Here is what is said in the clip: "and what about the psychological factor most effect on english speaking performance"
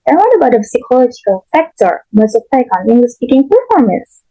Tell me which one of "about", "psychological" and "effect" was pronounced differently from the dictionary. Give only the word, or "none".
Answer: effect